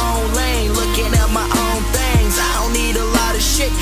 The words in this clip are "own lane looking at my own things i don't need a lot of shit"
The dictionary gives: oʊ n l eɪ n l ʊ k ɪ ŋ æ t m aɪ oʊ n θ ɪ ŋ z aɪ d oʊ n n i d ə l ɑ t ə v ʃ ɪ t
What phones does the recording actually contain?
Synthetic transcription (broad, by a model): oʊ n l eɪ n l ʊ k ɪ ŋ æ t m aɪ oʊ n θ ɪ ŋ z aɪ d oʊ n n i d ə l ɑ t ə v ʃ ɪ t